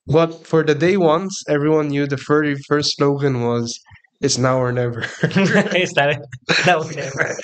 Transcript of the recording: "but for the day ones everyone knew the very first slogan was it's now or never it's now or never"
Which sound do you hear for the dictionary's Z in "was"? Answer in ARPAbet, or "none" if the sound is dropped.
Z